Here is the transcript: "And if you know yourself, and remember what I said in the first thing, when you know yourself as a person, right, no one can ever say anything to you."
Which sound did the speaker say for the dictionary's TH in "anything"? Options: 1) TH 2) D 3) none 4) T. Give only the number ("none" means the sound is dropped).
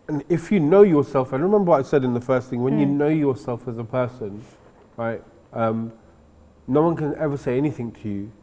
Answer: 1